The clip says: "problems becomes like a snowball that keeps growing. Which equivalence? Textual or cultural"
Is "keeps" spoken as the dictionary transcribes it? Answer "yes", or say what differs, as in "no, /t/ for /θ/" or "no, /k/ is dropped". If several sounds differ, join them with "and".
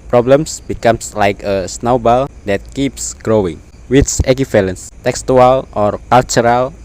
yes